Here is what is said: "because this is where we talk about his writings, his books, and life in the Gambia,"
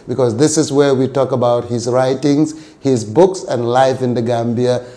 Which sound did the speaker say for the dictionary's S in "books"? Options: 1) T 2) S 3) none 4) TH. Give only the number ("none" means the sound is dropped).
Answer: 2